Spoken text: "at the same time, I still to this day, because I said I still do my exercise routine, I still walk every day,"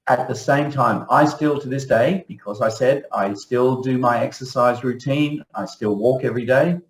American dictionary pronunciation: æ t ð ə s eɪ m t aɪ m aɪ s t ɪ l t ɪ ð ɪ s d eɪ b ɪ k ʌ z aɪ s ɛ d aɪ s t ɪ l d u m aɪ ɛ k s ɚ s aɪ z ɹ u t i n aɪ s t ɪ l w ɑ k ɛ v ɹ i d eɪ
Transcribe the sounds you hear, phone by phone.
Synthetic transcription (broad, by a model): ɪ t ð ə s eɪ m t aɪ m aɪ s t ɪ l t ɪ ð ɪ s d eɪ b ɪ k ʌ z aɪ s ɛ d aɪ s t ɪ l d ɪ m aɪ ɛ k s ɚ s aɪ z ɹ u t i n aɪ s t ɪ l w ɑ k ɛ v ɹ i d eɪ